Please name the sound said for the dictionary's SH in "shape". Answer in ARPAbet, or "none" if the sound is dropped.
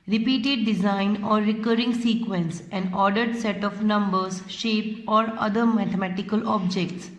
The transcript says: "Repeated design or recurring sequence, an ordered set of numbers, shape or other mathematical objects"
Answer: SH